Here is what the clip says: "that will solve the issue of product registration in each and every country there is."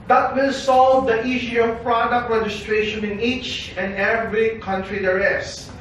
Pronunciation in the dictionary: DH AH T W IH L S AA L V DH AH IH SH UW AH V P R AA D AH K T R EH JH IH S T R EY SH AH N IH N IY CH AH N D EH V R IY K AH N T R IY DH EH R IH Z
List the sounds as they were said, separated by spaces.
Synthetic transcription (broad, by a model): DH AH T W IH L S AA L V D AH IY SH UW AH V P R AA D AH K T R EH JH IH S T R EY SH AH N IH N IY CH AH N EH V R IY K AH N T R IY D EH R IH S